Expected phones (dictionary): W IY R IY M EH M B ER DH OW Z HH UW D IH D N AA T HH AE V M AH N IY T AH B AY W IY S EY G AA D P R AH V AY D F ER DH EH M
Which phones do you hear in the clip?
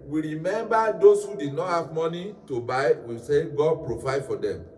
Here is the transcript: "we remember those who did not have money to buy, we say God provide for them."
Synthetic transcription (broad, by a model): W IY R IY M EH M B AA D OW S HH UW D IH D N AA T HH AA V M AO N IY T AH B AY W IY S EY G AA D P R AH V AY D F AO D EH M